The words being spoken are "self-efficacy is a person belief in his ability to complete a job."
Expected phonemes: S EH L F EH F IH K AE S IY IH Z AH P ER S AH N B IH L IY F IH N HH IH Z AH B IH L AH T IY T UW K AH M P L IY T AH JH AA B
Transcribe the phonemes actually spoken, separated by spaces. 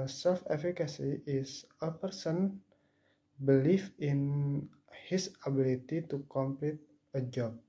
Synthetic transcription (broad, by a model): S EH L F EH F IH K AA S IY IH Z AH P ER S AH N B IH L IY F IH N HH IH S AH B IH L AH T IY T UW K AH M P L IY T AH JH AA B